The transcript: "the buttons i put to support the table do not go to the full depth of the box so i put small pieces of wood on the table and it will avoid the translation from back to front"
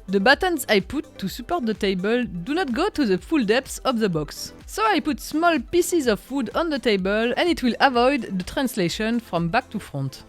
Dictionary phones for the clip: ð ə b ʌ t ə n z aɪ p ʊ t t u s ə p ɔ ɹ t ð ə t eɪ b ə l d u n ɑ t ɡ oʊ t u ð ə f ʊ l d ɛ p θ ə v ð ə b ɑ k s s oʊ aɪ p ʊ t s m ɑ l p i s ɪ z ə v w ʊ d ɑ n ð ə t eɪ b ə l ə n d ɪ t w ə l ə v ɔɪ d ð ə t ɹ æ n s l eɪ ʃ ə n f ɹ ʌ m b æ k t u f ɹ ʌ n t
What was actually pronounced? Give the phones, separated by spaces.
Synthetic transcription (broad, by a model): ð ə b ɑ t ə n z aɪ p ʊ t t u s ə p ɔ ɹ t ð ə t eɪ b ə l d u n ɑ t ɡ oʊ t u ð ə f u l d ɛ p s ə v ð ə b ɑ k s s oʊ aɪ p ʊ t s m ɑ l p i s ɪ z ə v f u d ɑ n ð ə t eɪ b ə l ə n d ɪ t w ə l ə v ɔɪ d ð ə t ɹ æ n s l eɪ ʃ ə n f ɹ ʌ m b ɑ k t u f ɹ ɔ n t